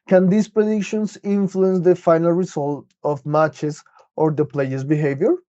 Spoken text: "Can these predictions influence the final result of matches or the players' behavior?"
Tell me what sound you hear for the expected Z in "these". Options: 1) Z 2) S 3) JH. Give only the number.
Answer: 2